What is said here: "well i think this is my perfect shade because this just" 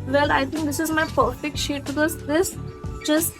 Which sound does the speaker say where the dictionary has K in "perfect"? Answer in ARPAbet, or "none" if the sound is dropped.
K